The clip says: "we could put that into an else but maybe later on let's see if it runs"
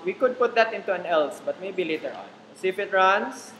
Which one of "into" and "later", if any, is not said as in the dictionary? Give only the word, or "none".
none